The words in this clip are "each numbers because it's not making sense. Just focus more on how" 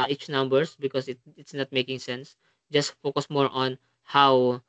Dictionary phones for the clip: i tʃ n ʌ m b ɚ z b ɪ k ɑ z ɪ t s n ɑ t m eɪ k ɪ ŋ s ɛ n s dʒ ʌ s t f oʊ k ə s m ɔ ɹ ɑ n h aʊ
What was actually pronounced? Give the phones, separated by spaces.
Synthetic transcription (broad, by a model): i tʃ n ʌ m b ɚ s b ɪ k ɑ s ɪ t s n ɑ t m eɪ k ɪ ŋ s ɛ n s dʒ ʌ s t f oʊ k ə s m ɔ ɹ ɑ n h aʊ